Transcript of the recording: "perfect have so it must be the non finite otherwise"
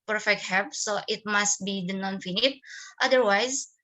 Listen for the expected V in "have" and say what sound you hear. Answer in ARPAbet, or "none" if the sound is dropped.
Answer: P